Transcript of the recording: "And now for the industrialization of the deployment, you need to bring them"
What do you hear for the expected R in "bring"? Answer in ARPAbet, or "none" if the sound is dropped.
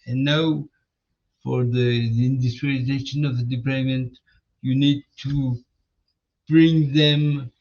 R